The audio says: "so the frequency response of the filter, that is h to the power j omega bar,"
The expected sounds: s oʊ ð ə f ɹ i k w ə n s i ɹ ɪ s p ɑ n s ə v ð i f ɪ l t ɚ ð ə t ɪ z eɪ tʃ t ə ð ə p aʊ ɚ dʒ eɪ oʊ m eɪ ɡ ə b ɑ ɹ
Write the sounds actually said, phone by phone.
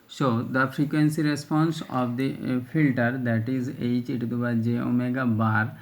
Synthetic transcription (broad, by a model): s oʊ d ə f ɹ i k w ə n s i ɹ ɪ s p ɑ n s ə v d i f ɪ l t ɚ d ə t ɪ z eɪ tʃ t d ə b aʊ dʒ eɪ oʊ m eɪ ɡ ə b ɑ ɹ